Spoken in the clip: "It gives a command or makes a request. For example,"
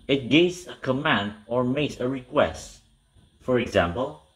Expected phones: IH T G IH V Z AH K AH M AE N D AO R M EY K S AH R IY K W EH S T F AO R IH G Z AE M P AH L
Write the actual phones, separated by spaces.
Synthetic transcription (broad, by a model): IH T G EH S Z AH K AH M AE N D AO R M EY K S AH R IY K W EH S T F AO R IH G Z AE M P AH L